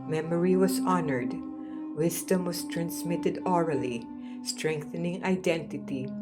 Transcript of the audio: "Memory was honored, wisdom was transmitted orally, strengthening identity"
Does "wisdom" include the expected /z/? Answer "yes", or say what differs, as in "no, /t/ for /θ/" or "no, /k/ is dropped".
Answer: no, /s/ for /z/